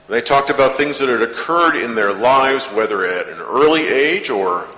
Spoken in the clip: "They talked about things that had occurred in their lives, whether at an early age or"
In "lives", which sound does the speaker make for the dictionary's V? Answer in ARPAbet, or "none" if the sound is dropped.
V